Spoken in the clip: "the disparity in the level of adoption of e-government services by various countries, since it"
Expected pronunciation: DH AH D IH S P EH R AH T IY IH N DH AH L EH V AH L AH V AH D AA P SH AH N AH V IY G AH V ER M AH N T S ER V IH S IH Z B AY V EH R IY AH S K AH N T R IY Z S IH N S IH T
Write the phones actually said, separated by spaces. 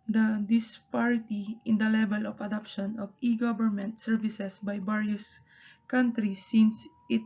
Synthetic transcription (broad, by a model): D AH D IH S P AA R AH T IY IH N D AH L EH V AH L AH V AH D AA P SH AH N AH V IY G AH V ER M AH N T S ER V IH S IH S B AY B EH R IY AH S K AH N T R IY S IH N S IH T